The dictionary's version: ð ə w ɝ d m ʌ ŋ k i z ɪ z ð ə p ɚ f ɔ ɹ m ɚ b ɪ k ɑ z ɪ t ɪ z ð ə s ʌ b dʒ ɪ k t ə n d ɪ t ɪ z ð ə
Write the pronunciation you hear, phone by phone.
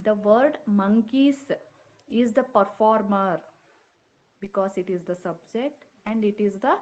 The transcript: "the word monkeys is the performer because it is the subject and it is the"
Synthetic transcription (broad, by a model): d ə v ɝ d m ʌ ŋ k i s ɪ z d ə p ɚ f ɔ ɹ m ɚ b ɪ k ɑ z ɪ t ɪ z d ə s ʌ b dʒ ɪ k t ə n d ɪ t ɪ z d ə